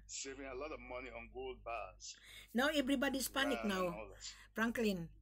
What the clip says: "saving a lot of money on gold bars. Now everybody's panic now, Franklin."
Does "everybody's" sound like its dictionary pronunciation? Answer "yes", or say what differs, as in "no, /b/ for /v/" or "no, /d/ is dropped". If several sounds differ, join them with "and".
no, /s/ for /z/